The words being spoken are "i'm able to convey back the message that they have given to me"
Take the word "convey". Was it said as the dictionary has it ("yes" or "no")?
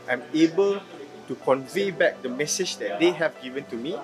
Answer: yes